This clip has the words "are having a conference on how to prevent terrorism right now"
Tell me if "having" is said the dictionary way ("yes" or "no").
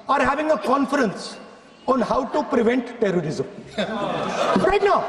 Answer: yes